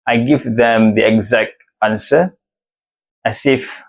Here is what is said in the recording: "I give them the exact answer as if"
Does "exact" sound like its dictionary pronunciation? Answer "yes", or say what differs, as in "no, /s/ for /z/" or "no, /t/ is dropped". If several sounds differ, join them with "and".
yes